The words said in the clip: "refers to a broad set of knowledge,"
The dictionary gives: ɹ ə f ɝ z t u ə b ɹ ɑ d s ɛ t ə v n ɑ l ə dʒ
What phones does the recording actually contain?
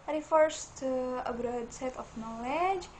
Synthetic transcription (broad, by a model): ɹ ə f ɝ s t u ə b ɹ ɑ d s ɛ t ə f n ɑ l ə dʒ